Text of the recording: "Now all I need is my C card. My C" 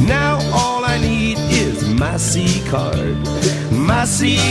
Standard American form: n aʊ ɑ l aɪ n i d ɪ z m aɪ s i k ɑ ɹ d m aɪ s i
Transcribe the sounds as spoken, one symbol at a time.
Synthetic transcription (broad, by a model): n aʊ ɑ l aɪ n i d ɪ z m aɪ s i k ɑ ɹ d m aɪ s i